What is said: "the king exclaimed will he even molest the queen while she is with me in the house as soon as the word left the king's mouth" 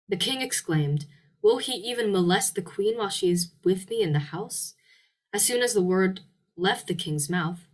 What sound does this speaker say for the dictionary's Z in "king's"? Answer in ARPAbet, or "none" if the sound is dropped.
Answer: Z